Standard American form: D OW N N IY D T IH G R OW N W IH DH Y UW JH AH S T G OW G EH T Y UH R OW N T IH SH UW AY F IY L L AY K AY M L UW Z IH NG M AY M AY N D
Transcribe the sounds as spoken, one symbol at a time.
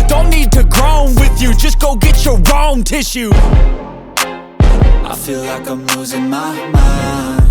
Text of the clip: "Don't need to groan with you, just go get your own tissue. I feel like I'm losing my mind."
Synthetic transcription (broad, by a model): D OW N N IY D T IH G R OW N W IH DH Y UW JH AH S G OW G EH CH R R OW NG T IH SH UW AY F IY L L AY K AY M W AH Z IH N M AY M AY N